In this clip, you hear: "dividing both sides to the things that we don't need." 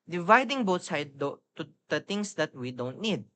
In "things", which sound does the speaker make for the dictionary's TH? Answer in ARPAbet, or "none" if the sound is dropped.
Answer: T